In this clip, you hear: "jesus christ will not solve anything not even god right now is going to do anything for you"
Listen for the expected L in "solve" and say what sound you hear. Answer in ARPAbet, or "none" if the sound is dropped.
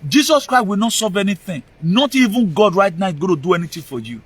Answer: none